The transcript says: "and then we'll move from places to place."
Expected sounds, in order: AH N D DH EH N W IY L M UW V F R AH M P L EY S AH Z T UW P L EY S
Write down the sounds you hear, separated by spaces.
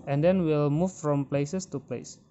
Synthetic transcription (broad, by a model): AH N D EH N W IY L M UW F F R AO M P L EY S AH S T UW P L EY S